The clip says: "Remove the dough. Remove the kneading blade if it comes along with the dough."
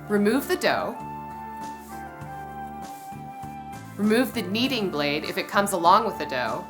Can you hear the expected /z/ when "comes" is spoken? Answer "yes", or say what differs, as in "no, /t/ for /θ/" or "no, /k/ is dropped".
yes